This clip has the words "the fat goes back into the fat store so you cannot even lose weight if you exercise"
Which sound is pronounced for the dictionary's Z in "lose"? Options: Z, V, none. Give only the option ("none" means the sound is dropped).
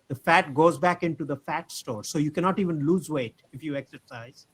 Z